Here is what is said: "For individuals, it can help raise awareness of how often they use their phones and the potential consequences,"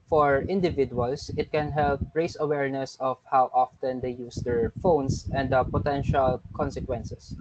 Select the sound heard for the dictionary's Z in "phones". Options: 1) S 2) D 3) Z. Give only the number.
1